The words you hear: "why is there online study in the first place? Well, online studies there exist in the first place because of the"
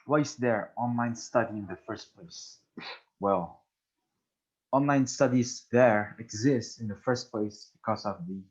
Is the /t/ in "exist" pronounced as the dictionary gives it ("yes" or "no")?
yes